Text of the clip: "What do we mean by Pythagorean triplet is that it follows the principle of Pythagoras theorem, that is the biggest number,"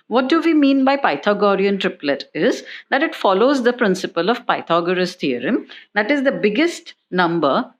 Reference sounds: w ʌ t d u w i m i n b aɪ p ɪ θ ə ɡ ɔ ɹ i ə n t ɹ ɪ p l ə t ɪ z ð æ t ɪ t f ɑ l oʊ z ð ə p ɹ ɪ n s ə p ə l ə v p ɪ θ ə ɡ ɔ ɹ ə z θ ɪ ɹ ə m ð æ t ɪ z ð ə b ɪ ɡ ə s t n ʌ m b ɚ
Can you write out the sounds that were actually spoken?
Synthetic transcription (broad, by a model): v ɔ t d u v i m i n b aɪ p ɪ t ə ɡ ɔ ɹ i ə n t ɹ ɪ p l ə t ɪ z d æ t ɪ t f ɑ l oʊ z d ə p ɹ ɪ n s ə p ə l ə v p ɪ t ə ɡ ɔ ɹ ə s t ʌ ɹ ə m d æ t ɪ z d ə b ɪ ɡ ə s t n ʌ m b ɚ